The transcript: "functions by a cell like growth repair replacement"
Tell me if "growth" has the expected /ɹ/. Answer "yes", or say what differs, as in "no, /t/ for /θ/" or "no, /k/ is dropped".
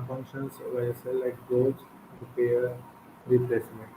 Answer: no, /ɹ/ is dropped